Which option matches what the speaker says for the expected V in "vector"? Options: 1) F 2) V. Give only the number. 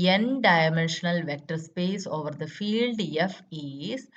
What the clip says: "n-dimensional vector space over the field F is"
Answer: 2